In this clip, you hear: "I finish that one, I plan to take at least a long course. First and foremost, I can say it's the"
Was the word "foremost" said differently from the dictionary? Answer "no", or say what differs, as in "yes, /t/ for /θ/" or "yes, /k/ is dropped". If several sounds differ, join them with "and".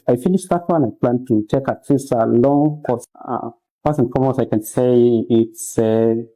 yes, /t/ is dropped